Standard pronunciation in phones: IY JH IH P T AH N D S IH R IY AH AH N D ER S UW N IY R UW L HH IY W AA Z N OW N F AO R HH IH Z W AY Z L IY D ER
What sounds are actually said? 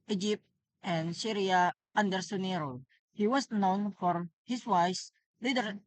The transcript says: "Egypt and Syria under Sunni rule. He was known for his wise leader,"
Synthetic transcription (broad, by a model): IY JH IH P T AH N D S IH R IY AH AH N D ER S UW N IY R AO HH IY W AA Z N OW N F AO R HH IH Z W AY S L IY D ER